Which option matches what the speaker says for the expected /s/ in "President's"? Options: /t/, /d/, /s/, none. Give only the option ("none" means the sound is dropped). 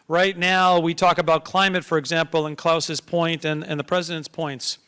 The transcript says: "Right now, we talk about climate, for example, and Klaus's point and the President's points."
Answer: /s/